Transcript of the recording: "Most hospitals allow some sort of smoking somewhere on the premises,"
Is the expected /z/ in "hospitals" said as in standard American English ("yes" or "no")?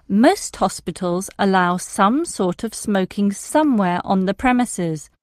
yes